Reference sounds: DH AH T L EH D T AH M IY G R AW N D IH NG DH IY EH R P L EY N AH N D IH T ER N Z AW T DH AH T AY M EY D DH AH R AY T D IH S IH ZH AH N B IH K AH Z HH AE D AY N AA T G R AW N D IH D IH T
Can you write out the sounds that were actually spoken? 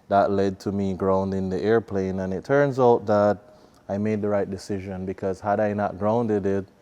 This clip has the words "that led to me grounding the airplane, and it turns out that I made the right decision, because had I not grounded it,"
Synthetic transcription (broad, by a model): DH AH T L EH D T AH M IY G R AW N D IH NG DH IY EH R P L EY N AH N IH T ER N Z AW T DH AH T AY M EY D DH AH R AY T D IH S IH ZH AH N B IH K AH Z HH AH D AY N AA T G R AW N D IH D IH T